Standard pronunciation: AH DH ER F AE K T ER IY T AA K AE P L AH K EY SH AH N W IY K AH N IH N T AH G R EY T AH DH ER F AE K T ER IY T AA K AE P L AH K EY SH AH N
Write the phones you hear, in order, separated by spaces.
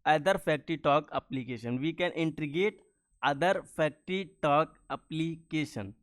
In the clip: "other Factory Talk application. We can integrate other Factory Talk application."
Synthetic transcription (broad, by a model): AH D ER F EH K T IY T AA K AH P L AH K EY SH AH N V IY K AH N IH N T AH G EY T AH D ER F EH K T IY T AA K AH P L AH K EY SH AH N